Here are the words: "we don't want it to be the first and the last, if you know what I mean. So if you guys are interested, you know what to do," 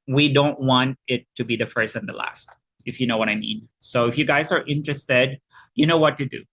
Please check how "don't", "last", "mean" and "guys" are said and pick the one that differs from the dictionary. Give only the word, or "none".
none